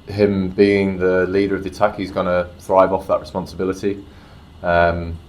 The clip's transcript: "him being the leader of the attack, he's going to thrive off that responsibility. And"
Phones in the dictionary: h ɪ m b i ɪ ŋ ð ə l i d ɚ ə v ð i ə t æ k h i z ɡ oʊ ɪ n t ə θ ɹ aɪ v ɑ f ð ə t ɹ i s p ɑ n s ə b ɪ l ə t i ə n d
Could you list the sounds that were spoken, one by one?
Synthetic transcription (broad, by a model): h ɪ m b i ɪ ŋ ð ə l i d ɚ ə v ð i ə t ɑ k h i z ɡ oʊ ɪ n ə θ ɹ aɪ v ɑ f ð ə t ɹ i s p ɑ n s ə b ɪ l ə t i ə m